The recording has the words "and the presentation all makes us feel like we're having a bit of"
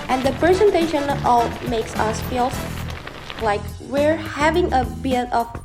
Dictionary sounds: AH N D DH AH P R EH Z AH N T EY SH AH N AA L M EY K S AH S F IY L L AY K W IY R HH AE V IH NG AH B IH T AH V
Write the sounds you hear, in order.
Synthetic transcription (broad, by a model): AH N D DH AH P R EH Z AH N T EY SH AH N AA M EY K S AH S F IY L L AY K W IY R HH AE V IH NG AH B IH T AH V